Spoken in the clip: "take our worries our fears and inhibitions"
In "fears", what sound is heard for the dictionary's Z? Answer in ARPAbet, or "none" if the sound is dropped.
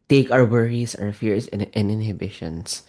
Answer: S